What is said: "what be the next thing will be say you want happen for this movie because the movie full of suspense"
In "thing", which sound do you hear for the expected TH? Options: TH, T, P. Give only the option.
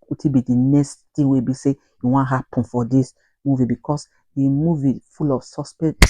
T